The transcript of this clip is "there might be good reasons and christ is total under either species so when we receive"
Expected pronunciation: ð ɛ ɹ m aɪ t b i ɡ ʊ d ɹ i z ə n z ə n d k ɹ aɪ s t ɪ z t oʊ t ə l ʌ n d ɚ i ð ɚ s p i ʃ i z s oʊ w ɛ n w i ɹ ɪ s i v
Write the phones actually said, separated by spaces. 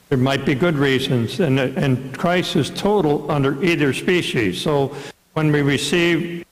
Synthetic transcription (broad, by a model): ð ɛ ɹ m aɪ t b i ɡ ʊ d ɹ i z ə n z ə n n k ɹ aɪ s ɪ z t oʊ t l ʌ n d ɚ i ð ɚ s p i ʃ i z s oʊ w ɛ n w i ɹ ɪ s i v